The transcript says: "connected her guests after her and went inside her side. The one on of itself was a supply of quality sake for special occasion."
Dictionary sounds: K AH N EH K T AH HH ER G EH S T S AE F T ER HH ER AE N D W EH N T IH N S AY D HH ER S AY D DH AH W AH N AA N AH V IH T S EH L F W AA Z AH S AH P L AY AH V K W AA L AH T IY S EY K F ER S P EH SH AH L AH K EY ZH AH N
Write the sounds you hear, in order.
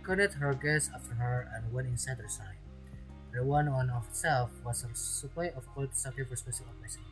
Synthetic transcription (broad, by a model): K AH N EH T HH ER G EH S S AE F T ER HH ER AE N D W EH N T IH N S AY D HH ER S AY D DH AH W AH N AA N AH S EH L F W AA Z AH S AH P L AY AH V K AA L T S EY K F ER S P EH S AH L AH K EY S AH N